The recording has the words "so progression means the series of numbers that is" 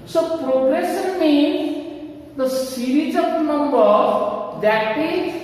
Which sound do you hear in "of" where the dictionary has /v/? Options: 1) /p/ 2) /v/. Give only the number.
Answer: 1